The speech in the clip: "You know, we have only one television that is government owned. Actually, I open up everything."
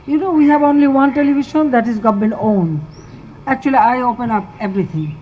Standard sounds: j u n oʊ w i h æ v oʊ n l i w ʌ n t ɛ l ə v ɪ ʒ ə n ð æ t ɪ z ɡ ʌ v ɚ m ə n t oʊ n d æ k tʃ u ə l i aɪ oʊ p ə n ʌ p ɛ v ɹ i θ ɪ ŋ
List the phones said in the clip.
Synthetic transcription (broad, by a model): j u n oʊ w i h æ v oʊ n l i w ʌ n t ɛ l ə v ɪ ʃ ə n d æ t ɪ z ɡ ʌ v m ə n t oʊ n æ k tʃ u ə l i aɪ oʊ p ə n ʌ p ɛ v ɹ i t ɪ ŋ